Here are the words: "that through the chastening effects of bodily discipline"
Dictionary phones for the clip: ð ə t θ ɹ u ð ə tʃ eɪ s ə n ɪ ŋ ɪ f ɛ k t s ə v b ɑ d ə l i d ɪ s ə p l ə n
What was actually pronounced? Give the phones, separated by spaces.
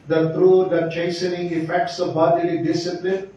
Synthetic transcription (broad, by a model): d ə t t ɹ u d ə tʃ eɪ s ə n ɪ ŋ ɪ f ɛ k t s ə v b ɑ d ə l i d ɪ s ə p l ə n